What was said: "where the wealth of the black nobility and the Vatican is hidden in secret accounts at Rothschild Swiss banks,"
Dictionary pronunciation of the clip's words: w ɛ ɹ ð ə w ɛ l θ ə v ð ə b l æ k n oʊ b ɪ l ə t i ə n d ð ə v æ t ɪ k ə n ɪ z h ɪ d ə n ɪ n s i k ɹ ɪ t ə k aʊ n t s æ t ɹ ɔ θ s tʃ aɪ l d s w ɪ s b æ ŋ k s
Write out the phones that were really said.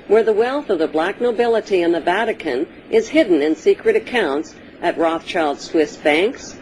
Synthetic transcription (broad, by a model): w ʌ ɹ ð ə w ɛ l θ ə v ð ə b l æ k n oʊ b ɪ l ə t i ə n ð ə v æ t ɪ k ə n ɪ z h ɪ d n ɪ n s i k ɹ ɪ t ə k aʊ n t s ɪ t ɹ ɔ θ tʃ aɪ l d s w ɪ s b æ ŋ k s